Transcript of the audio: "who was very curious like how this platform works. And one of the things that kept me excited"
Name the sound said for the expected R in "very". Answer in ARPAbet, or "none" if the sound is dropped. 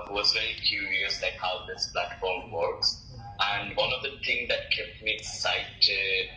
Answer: L